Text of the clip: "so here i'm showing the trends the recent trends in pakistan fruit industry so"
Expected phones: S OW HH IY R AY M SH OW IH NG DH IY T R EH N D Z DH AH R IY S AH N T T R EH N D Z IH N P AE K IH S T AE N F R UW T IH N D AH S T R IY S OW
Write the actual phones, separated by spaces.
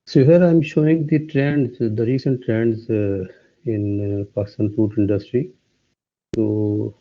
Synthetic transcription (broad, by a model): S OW HH IY R AY M SH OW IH NG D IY T R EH N D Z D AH R IY S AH N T T R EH N D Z IH N P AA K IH S T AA N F UW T IH N D AH S T R IY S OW